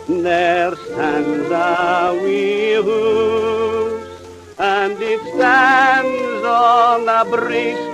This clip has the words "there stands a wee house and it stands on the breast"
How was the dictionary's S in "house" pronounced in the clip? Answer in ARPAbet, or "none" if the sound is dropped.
none